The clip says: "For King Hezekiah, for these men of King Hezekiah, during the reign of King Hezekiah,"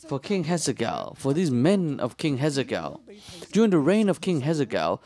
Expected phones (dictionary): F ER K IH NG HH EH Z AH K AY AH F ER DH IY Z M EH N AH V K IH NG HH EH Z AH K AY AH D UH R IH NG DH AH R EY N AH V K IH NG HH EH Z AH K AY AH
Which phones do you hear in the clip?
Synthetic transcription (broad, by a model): F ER K IH NG HH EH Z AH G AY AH F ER DH IY Z M EH N AH V K IH NG HH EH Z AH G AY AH D UH R IH NG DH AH R EY N AH V K IH NG HH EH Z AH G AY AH